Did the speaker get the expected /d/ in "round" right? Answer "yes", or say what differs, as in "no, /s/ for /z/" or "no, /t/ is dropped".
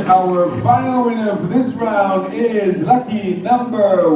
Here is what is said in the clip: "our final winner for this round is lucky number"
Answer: yes